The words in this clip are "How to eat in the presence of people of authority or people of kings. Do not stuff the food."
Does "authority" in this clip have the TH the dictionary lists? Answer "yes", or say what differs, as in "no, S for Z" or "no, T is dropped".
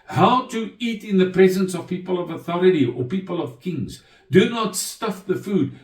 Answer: yes